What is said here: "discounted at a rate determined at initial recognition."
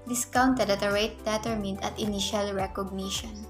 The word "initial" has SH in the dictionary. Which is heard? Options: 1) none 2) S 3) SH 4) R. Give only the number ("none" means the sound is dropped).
3